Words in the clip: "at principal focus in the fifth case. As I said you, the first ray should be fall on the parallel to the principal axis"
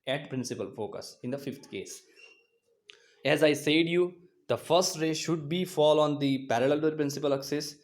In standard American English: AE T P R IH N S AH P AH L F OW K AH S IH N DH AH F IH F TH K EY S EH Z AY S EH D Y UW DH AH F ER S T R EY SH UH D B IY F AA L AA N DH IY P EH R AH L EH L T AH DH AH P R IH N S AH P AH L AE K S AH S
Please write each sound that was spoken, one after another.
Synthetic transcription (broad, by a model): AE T P R IH N S AH P AH L F OW K AH S IH N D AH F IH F T K EY S EH Z AY S EH D Y UW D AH F ER S T R EY SH UH D B IY F AA L AA N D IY P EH R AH L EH L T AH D P R IH N S AH P AH L K S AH S